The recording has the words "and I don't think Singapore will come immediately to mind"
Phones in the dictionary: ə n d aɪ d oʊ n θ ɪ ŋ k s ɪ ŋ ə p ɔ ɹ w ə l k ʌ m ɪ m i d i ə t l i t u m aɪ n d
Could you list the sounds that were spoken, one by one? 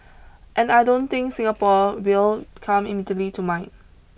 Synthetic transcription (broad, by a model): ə n aɪ d oʊ n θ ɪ ŋ k s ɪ ŋ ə p ɔ w ə l k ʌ m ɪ m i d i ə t l i t u m aɪ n